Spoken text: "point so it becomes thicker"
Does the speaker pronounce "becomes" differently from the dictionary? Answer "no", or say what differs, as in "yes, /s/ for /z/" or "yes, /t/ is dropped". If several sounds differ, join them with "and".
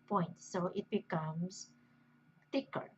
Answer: yes, /s/ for /z/